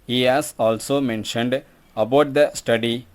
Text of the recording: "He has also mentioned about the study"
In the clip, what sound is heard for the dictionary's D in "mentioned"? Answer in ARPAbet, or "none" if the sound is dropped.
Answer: D